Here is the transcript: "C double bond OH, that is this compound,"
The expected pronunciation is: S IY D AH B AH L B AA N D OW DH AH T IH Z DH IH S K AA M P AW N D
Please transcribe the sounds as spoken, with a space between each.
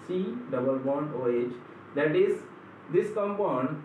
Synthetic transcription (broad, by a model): S IY D AH B AH L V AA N OW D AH T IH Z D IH S K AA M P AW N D